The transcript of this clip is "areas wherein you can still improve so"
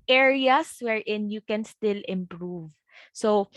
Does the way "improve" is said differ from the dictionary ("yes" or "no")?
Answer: no